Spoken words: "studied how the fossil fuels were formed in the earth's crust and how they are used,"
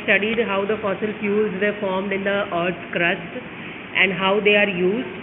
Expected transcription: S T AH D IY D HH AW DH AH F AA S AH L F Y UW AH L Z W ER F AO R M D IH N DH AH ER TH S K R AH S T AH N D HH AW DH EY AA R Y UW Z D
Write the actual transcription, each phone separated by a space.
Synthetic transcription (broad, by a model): S T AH D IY D HH AW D AH F AA S AH L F Y UW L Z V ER F AO R M D IH N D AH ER T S K R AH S T AH N D HH AW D EY AA R Y UW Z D